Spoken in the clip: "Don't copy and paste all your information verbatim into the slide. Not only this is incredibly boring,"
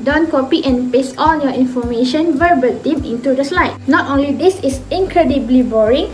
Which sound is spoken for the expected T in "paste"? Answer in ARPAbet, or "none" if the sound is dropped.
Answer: none